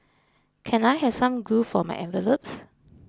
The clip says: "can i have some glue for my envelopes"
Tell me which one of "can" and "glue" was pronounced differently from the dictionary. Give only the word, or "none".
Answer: glue